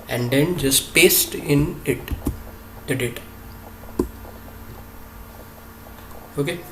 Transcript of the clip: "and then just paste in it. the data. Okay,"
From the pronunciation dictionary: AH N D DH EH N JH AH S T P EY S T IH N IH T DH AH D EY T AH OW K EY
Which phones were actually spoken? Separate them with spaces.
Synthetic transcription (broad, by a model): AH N D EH N JH AH S T P EY S T IH N IH T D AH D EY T OW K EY